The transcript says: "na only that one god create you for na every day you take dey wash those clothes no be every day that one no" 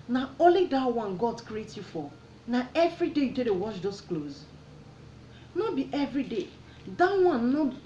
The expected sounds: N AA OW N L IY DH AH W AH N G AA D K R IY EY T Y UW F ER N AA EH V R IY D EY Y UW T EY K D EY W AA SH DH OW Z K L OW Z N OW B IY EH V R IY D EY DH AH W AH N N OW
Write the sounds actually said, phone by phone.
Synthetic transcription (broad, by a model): N AA OW L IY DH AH W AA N G AA D K R IY EY T Y UW F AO N AA EH V R IY D EY Y UW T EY D EY W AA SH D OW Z K L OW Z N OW B IY EH V R IY D EY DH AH W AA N N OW